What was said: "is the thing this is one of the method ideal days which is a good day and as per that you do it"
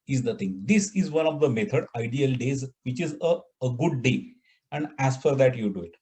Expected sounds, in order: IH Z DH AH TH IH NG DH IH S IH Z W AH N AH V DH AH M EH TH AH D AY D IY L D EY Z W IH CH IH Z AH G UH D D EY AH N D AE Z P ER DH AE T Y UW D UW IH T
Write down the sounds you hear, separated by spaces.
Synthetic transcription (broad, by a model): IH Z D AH T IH NG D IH S IH Z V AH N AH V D AH M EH T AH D AY D IY L D EY Z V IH CH IH Z AH G UH D D EY AH N D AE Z F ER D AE T Y UW D UW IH T